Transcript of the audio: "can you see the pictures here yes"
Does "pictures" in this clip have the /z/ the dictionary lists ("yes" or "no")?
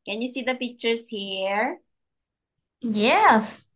no